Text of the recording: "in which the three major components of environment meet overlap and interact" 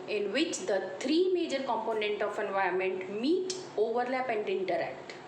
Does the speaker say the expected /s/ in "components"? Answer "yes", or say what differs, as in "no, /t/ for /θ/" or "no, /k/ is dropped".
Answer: no, /s/ is dropped